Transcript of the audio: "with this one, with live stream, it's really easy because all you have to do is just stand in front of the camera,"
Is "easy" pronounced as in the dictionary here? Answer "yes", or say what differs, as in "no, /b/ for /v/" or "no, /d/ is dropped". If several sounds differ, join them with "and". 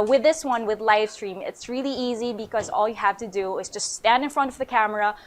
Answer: yes